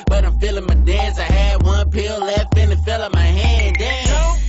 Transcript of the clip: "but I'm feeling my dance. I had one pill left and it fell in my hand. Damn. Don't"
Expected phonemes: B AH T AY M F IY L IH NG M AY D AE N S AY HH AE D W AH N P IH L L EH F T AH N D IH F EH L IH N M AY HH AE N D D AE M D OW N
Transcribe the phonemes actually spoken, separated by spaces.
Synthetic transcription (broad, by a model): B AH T AY M F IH L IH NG M AY D AE N S AY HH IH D W AH N P IH L L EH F AH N IH F EH L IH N M AY HH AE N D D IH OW